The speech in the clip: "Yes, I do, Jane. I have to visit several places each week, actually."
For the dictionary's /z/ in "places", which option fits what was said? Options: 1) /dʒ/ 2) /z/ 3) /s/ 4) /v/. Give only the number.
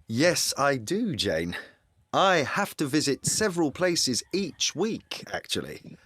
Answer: 2